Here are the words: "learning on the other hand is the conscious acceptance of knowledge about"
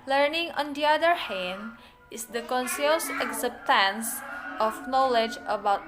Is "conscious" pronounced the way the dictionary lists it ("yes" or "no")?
no